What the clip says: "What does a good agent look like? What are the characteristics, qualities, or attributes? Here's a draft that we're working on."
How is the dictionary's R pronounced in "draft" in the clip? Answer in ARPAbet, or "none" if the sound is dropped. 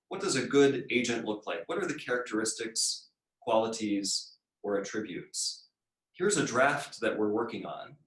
R